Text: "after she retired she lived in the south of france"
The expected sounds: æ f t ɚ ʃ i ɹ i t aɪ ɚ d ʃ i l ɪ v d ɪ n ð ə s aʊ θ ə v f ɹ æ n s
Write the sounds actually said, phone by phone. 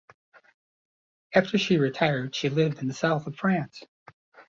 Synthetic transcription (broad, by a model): æ f t ɚ ʃ i ɹ i t aɪ ɚ d ʃ i l ɪ v d ɪ n ð ə s aʊ θ ə v f ɹ æ n s